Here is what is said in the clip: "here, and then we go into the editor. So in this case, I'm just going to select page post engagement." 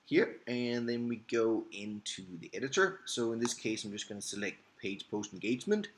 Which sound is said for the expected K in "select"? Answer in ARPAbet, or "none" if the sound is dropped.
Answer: K